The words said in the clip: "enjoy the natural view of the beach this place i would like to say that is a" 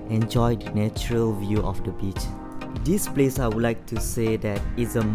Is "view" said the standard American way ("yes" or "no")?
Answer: yes